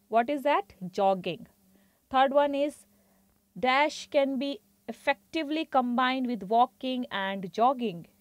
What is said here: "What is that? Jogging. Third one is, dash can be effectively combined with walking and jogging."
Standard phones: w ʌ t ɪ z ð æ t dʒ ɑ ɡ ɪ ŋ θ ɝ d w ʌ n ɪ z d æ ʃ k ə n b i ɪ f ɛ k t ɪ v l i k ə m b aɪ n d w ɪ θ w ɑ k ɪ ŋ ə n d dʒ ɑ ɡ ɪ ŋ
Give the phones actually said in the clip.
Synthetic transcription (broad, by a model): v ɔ t ɪ z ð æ t dʒ ɑ ɡ ɪ ŋ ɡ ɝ d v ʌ n ɪ z d æ ʃ k ə n b i ɪ f ɛ k t ɪ v l i k ə m b aɪ n d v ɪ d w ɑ k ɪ ŋ ə n d dʒ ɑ ɡ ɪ ŋ